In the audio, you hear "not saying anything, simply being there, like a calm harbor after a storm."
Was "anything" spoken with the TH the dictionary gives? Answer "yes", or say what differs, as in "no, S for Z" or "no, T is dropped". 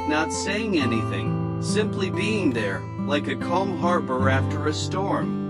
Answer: yes